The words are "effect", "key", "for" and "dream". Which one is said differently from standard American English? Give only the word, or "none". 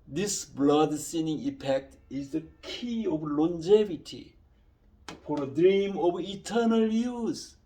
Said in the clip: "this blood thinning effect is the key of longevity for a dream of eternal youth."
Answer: effect